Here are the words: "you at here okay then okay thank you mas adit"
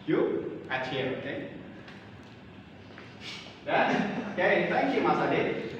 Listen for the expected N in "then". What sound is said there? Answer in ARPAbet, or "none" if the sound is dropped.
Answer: none